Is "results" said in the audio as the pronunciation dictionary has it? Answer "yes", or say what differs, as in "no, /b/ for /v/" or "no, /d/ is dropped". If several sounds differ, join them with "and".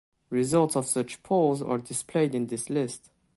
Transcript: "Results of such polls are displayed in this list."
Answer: yes